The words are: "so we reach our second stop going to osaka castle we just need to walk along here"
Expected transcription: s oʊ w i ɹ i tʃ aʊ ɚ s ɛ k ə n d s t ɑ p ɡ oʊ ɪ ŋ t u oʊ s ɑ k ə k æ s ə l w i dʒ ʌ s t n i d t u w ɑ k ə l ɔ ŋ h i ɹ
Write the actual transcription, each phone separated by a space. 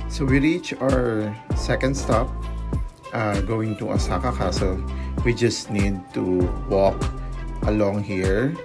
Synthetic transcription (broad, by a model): s oʊ w i ɹ i tʃ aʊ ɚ s ɛ k ə n d s t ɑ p ɡ oʊ ɪ ŋ t u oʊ s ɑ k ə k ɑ s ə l w i dʒ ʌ s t n i d t u w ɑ k ə l ɔ ŋ h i ɹ